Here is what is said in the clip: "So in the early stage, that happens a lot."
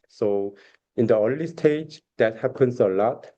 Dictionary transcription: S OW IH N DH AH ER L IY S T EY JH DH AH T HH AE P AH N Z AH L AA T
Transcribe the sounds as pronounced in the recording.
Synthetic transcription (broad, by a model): S OW IH N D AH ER L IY S T EY JH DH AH T HH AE P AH N S AH L AA T